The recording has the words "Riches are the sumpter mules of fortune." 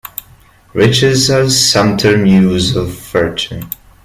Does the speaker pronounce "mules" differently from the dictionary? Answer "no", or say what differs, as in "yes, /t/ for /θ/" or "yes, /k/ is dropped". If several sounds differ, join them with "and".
yes, /l/ is dropped